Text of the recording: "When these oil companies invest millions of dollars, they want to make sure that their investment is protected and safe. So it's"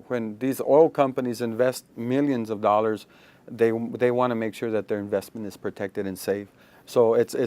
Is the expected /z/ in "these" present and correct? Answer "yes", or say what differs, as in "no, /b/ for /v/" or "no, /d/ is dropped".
yes